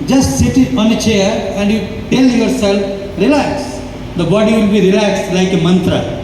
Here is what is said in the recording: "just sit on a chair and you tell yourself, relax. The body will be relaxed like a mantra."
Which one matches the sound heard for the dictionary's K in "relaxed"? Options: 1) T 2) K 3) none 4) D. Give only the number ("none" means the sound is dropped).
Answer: 2